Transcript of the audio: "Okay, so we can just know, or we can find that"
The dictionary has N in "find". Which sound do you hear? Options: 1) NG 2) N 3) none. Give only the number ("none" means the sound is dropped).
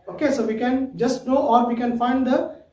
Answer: 2